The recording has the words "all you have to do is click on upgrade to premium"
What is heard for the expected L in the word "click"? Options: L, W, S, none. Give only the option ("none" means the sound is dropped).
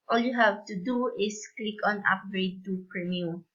L